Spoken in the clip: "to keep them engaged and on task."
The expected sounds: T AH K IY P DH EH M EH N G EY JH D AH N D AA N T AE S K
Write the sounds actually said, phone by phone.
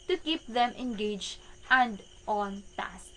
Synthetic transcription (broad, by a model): T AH K IY P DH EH M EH N G EY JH AH N D AA N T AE S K